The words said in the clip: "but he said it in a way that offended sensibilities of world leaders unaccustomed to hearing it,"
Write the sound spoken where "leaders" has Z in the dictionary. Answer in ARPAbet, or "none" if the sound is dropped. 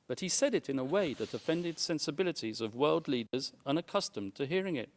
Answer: Z